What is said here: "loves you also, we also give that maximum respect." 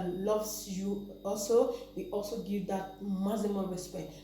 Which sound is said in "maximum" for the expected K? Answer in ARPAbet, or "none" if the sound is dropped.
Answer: none